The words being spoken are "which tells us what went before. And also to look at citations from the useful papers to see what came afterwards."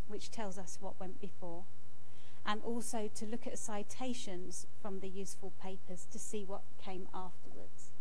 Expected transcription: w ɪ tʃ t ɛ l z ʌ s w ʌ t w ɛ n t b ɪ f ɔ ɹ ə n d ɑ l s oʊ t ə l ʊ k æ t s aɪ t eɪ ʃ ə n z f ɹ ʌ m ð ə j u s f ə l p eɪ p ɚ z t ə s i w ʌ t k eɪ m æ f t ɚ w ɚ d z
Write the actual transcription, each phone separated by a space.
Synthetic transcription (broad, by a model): w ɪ tʃ t ɛ l z ʌ s w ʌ t w ɛ n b ɪ f ɔ ɹ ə n ɑ l s oʊ t ə l ʊ k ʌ t s aɪ t eɪ ʃ ə n z f ɹ ʌ m ð ə j u s f ə l p eɪ p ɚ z t ə s i w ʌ t k eɪ m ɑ f t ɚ w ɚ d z